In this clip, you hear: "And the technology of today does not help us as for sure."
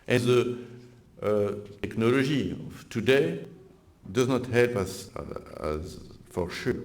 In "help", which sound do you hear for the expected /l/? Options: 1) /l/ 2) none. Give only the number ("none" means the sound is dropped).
1